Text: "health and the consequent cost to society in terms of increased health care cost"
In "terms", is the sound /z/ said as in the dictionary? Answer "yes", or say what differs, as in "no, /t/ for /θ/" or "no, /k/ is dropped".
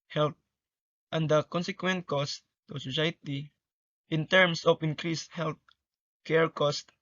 no, /s/ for /z/